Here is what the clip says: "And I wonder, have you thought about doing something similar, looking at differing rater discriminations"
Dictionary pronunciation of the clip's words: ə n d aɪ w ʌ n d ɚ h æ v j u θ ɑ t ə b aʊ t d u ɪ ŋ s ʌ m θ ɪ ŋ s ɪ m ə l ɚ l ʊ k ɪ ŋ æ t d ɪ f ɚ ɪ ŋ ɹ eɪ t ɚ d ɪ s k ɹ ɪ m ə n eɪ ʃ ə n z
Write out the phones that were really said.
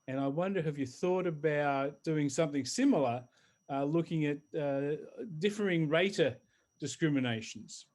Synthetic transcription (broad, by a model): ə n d aɪ w ʌ n d ɚ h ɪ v j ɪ θ ɑ t ə b aʊ t d u ɪ ŋ s ʌ m θ ɪ ŋ s ɪ m l ɚ l ʊ k ɪ ŋ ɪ t d ɪ f ɚ ɪ ŋ ɹ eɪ t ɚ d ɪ s k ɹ ɪ m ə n eɪ ʃ n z